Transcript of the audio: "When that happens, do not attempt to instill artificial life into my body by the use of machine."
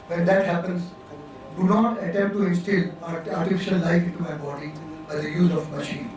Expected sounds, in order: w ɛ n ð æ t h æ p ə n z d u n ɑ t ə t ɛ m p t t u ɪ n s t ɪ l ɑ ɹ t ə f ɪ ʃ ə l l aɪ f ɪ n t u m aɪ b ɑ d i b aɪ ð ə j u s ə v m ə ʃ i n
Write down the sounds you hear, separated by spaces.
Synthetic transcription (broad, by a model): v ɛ n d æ t h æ p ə n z d u n ɑ t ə t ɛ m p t t u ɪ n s t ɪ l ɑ ɹ t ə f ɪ ʃ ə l l aɪ f ɪ n t u m aɪ b ɑ d i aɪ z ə j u ə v m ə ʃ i n